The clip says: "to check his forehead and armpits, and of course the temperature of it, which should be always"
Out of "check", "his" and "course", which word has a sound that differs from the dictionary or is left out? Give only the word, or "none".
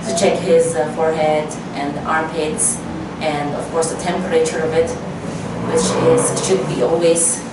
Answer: none